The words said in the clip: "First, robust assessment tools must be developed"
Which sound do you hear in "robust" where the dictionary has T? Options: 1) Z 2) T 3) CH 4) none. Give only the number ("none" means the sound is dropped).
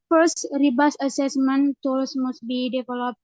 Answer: 4